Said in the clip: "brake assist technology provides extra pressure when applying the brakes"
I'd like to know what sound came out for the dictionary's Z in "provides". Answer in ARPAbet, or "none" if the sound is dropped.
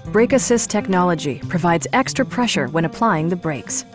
Z